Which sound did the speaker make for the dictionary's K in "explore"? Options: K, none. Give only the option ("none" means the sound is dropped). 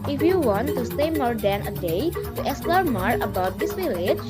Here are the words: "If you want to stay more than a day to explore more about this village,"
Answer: none